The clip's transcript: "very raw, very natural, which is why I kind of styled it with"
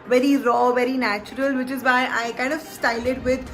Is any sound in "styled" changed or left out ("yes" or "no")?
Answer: yes